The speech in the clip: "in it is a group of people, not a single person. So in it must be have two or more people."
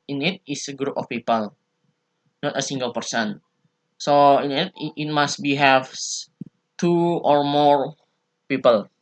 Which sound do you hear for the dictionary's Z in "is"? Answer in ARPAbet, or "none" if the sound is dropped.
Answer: S